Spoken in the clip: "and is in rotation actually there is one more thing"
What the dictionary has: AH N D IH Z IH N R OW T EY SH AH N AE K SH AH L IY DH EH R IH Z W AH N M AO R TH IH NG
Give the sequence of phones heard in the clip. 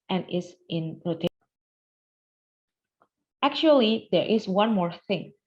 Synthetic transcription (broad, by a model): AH N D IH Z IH N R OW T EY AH AE K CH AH L IY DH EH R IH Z W AH N M AO R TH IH NG